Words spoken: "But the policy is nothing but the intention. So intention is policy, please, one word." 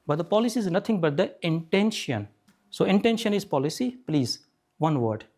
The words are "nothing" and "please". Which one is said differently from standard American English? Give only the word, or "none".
nothing